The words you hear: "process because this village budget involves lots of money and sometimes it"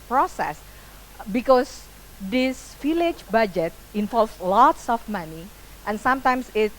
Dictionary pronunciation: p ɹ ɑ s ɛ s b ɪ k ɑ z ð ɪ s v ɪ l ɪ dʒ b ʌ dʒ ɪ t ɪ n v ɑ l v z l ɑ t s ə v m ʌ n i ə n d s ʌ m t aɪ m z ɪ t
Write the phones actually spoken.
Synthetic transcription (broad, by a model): p ɹ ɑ s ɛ s b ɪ k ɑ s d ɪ s f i l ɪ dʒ b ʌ dʒ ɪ t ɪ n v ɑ l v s l ɑ t s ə f m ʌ n i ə n s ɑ m t aɪ m s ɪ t